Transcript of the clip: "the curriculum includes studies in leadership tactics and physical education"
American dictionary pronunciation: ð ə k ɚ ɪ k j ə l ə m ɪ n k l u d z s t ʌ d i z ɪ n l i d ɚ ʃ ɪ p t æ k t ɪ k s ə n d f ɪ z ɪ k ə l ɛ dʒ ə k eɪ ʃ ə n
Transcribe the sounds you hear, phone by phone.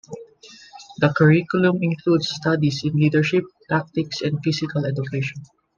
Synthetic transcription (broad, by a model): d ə k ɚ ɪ k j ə l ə m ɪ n k l u d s t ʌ d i s ɪ n l i d ɚ ʃ ɪ p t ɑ k t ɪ k s ə n d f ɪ s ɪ k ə l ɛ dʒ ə k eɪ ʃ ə n